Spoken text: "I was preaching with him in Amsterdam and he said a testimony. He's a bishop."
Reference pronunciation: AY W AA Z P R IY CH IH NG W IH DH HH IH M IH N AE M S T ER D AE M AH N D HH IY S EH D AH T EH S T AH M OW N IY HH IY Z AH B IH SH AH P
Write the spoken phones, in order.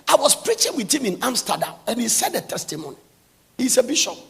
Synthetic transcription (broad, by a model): AY W AA S P R IY CH IH NG W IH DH HH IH M IH N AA M S T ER D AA M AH N HH IY S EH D AH T EH S T AH M OW N IY HH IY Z AH B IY SH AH P